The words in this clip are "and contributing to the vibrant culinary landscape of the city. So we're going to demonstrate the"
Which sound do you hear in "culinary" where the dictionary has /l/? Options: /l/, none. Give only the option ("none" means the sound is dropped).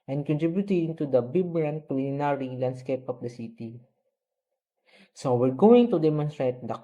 none